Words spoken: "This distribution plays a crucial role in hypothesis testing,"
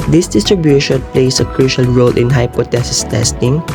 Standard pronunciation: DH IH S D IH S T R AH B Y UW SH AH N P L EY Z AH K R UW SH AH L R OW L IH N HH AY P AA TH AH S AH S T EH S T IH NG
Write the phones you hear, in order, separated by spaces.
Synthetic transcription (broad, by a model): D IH S D IH S T R AH B Y UW SH AH N P L EY S AH K R UW SH AH L R OW L IH N HH AY P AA T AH S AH S T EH S T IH NG